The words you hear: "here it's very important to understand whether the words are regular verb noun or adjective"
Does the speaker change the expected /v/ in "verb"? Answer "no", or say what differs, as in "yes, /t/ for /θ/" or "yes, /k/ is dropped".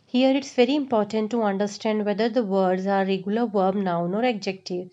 no